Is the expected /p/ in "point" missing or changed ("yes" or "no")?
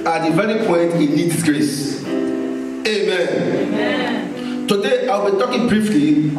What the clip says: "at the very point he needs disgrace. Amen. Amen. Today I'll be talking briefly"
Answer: no